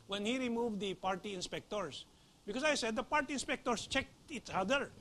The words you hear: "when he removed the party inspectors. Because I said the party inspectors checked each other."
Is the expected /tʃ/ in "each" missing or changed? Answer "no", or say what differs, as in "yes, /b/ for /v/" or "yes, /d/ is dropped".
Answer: yes, /s/ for /tʃ/